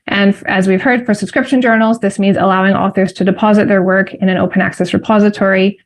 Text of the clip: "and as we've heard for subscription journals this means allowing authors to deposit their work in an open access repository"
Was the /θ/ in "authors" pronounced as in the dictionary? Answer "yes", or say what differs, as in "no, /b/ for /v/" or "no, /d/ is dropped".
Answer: yes